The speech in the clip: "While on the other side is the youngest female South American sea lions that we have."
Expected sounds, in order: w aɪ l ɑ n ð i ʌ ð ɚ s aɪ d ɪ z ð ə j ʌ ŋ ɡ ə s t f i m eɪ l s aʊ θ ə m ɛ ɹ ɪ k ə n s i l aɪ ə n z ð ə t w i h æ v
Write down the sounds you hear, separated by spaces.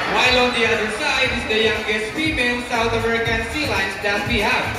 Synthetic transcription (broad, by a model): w aɪ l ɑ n ð i ʌ ð ɚ s aɪ d ɪ z ð ə j ʌ ŋ ɡ ə s t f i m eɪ l s aʊ θ ə m ɛ ɹ ɪ k ə n s i l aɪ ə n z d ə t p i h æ